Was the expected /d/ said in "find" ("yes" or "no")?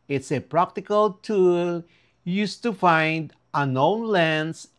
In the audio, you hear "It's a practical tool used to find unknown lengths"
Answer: yes